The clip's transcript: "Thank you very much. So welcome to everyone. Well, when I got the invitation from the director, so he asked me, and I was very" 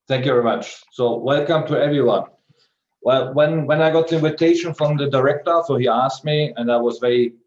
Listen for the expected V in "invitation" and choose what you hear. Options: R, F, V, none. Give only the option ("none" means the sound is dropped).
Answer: V